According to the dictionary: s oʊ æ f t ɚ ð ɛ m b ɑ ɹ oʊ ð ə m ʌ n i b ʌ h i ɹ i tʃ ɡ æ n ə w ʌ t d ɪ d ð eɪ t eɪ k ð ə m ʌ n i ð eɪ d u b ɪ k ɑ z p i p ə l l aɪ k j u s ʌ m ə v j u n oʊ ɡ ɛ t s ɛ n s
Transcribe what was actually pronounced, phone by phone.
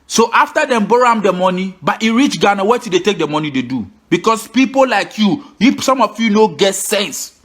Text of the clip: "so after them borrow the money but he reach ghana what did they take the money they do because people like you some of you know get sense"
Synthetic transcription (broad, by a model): s oʊ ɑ f t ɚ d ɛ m b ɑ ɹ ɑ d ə m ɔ n i b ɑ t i ɹ i tʃ ɡ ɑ n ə w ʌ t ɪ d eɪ t eɪ k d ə m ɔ n i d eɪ d u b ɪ k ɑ s p i p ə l l aɪ k j u s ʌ m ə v j u n oʊ ɡ ɛ t s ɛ n s